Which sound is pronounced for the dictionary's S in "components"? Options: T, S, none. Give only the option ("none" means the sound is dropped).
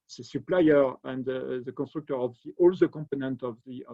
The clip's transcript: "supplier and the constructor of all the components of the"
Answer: none